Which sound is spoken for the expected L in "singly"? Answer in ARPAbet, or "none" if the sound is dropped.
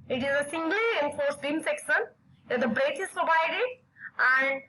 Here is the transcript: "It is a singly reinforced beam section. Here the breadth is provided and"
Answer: L